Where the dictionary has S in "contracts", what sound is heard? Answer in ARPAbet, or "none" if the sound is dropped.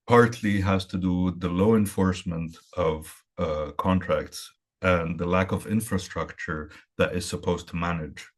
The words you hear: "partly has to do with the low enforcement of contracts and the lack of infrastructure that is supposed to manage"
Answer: S